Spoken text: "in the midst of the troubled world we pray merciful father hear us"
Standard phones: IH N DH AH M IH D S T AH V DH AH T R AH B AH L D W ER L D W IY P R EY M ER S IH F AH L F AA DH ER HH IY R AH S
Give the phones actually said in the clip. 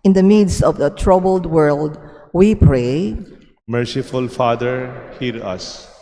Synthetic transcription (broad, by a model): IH N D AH M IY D S AH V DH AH T R AH B AH L D W ER L D W IY P R EY M ER S IH F AH L F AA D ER HH IY R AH S